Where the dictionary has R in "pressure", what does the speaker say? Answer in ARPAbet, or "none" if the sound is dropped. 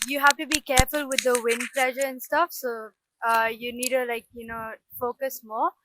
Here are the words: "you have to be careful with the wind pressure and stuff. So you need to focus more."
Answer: L